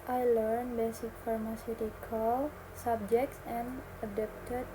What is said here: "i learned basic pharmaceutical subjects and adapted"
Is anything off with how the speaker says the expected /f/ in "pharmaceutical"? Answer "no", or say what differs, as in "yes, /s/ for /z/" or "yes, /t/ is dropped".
no